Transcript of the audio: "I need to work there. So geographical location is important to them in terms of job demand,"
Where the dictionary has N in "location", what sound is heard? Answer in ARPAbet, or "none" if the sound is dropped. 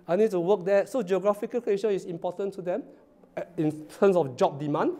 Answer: none